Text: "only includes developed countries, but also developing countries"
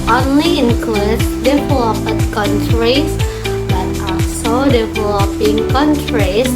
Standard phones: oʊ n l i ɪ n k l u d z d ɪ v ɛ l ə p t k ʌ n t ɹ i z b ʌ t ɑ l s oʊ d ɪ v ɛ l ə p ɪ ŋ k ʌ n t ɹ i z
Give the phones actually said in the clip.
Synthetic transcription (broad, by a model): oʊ n l i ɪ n k l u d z d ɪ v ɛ l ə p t k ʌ n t ɹ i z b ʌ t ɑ s oʊ d ɪ v ɛ l ə p ɪ ŋ k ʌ n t ɹ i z